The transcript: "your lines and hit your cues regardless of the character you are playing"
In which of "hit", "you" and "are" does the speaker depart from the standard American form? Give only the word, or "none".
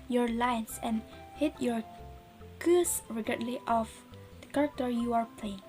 none